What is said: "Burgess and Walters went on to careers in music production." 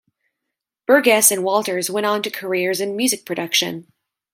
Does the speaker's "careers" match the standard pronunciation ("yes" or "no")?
yes